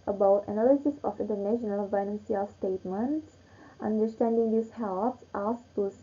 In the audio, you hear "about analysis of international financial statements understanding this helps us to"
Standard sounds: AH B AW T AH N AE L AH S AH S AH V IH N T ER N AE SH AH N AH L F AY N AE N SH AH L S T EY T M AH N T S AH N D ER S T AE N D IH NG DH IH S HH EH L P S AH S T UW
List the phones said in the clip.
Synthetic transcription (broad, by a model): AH B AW T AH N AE L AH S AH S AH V IH N T ER N AE SH AH N AH L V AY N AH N S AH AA S T EY T M AH N T S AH N D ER S T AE N D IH NG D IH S HH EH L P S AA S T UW